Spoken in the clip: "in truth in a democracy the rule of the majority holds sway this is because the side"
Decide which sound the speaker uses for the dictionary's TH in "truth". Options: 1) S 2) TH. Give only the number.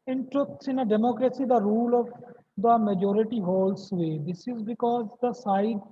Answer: 1